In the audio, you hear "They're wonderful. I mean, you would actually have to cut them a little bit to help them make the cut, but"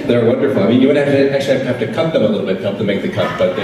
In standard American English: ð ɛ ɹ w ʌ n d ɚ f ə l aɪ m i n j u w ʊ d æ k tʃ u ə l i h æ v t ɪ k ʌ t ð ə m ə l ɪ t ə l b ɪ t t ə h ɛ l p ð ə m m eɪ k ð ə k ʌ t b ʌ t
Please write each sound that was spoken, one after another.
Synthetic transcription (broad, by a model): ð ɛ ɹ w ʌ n d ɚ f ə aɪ m i n j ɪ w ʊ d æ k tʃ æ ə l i h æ f t ɪ k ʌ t ð ə m ə l ɪ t l b ɪ t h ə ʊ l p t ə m m eɪ k ð ə k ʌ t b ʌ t